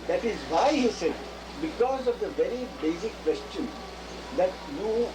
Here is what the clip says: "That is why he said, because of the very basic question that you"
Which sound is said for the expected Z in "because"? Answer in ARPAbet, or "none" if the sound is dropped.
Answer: Z